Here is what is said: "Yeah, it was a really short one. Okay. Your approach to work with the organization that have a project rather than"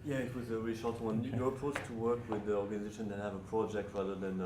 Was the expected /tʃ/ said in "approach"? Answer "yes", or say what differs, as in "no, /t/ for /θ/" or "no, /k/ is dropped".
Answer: no, /s/ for /tʃ/